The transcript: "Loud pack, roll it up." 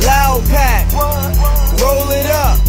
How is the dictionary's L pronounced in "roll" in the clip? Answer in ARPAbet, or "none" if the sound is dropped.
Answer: L